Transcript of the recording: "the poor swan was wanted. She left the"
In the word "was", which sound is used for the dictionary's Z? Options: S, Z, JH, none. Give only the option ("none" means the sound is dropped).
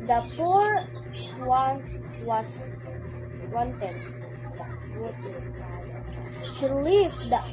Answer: S